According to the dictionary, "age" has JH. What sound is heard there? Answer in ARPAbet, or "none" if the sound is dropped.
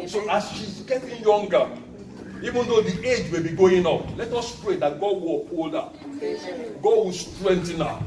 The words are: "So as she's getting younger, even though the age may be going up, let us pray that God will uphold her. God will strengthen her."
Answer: JH